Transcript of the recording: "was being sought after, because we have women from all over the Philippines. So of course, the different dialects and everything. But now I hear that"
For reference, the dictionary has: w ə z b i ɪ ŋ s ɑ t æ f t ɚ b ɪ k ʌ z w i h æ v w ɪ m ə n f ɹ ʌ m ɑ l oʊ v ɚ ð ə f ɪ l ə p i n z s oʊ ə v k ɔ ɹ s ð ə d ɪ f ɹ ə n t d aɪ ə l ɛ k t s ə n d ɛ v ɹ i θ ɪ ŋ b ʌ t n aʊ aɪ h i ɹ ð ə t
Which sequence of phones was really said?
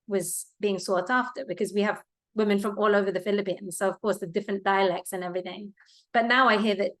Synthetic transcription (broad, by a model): w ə z b i ɪ ŋ s ɑ t æ f t ɚ b ɪ k ʌ z w i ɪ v w ɪ m ə n f ɹ ʌ m ɑ l oʊ v ɚ ð ə f ɪ l ə p i n z s oʊ ə v k ɔ ɹ s ð ə d ɪ f ɹ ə n d aɪ ə l ɛ k t s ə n ɛ v ɹ i θ ɪ ŋ b ʌ t n aʊ aɪ h i ɹ ð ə t